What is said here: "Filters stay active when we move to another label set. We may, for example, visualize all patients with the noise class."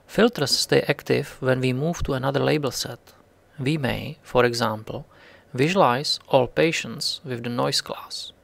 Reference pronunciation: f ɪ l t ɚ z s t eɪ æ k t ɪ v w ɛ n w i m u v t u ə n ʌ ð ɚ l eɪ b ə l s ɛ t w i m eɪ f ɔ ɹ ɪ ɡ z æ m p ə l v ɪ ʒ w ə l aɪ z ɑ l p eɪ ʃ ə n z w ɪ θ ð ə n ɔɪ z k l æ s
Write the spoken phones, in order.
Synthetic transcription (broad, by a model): f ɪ l t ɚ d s t eɪ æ k t ɪ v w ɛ n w i m u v t u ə n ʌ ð ɚ l eɪ b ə l s ɛ t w i m eɪ f ɔ ɹ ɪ ɡ z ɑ m p l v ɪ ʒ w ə l aɪ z ɑ l p eɪ ʃ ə n s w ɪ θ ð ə n ɔɪ s k l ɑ s